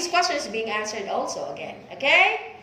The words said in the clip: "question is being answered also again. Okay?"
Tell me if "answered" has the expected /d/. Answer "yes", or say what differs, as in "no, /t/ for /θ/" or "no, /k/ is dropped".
yes